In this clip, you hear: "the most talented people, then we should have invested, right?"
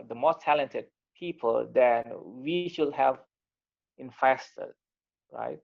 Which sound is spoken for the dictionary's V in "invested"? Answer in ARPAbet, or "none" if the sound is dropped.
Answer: F